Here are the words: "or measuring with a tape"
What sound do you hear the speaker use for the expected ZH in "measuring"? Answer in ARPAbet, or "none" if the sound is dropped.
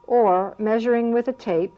ZH